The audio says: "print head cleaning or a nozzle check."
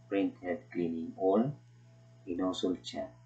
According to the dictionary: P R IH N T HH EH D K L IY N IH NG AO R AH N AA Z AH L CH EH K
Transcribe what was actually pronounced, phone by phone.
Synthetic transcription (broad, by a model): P R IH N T HH EH D K L IY N IH NG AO L AH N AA S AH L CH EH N